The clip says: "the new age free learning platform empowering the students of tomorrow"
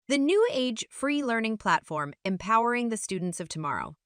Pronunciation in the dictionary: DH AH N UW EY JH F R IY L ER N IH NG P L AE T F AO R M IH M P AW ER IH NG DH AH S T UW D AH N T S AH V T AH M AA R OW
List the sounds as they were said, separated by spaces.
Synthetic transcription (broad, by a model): DH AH N UW EY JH F R IY L ER N IH NG P L AE T F AO R M IH M P AW ER IH NG DH AH S T UW D N T S AH V T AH M AA R OW